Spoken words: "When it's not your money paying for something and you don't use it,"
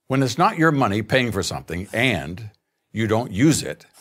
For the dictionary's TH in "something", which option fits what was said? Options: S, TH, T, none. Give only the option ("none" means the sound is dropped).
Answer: TH